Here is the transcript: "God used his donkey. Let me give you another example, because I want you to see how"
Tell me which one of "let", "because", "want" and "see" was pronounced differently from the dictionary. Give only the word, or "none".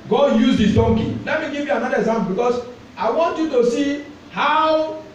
because